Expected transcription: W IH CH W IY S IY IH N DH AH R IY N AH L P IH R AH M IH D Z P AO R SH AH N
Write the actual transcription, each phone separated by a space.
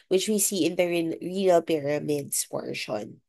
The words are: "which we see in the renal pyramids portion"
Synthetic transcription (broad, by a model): W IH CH W IY S IY IH N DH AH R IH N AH N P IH R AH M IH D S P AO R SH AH N